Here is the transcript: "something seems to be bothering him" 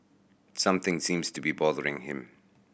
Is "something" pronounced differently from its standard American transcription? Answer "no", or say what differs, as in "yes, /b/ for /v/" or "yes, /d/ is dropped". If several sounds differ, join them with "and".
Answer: no